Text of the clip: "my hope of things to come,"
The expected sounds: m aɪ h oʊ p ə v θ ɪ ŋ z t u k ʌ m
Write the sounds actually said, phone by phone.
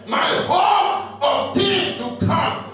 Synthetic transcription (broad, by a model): m aɪ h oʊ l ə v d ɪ z t u k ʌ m